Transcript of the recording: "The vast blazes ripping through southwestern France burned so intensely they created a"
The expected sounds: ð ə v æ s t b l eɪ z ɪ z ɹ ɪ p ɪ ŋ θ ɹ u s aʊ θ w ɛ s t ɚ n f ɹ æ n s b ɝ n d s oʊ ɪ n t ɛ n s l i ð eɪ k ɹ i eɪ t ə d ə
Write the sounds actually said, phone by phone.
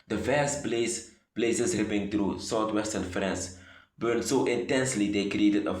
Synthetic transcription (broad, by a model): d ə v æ s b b l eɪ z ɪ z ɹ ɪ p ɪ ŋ t ɹ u s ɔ t w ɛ s t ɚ n f ɹ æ n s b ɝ n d s oʊ ɪ n t ɛ n s l i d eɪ k ɹ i eɪ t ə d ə